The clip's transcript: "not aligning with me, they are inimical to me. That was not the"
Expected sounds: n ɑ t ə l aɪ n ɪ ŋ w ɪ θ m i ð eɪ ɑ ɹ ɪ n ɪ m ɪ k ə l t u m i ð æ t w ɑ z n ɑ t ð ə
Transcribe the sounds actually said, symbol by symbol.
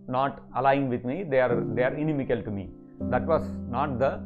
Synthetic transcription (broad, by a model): n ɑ t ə l aɪ ɪ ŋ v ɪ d m i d eɪ ɑ ɹ ɪ n ɪ m ɪ k ə l t u m i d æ t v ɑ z n ɑ t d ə